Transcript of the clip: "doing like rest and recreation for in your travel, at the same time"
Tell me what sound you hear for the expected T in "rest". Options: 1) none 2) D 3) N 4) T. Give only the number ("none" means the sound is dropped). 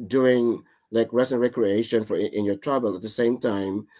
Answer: 1